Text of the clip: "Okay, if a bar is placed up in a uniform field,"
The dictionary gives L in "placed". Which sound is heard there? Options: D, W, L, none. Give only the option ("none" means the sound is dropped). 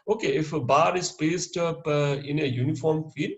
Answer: none